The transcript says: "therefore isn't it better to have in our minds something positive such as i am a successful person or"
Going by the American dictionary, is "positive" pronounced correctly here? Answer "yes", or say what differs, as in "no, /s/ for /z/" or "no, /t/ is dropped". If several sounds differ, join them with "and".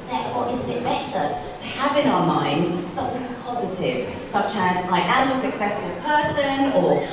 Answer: yes